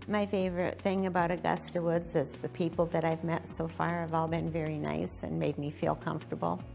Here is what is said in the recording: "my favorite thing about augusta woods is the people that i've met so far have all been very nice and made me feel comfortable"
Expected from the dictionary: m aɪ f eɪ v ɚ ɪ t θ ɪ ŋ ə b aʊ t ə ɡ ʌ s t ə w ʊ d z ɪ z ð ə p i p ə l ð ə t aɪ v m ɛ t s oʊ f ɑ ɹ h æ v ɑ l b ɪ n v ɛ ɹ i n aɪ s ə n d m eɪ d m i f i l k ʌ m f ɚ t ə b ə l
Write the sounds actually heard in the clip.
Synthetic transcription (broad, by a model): m aɪ f eɪ v ɚ ɪ t θ ɪ ŋ ə b aʊ t ə ɡ ʌ s t ə w ʊ d z ɪ z ð ə p i p l ð ə t aɪ v m ɛ t s oʊ f ɑ ɹ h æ v ɑ l b ɪ n v ɛ ɹ i n aɪ s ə n m eɪ d m i f i l k ʌ m f t ə b l